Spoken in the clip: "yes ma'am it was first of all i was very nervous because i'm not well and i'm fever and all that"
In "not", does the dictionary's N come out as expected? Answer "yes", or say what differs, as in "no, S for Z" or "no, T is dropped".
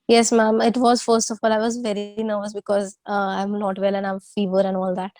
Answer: no, L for N